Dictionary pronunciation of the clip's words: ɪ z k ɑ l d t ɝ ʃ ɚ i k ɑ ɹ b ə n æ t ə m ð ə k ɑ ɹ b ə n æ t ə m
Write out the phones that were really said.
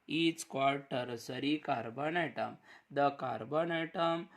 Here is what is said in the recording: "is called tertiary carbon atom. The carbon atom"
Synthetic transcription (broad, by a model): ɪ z k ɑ d t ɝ s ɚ i k ɑ ɹ b ə n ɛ t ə m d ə k ɑ ɹ b ə n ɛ t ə m